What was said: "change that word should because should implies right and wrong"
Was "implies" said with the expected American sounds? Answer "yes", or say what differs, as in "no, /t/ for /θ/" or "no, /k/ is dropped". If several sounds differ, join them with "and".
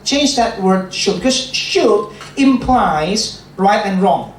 yes